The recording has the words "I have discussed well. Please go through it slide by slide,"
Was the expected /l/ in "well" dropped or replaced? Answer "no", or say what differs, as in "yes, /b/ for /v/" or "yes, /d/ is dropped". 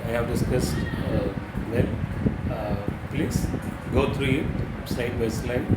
yes, /n/ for /l/